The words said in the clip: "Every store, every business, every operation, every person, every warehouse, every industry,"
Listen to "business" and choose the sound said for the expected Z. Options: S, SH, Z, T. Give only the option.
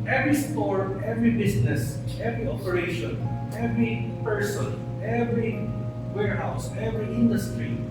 S